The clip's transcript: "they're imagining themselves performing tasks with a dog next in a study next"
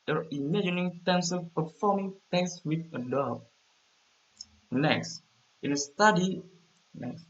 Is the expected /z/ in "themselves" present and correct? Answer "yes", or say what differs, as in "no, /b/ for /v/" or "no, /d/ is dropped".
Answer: no, /z/ is dropped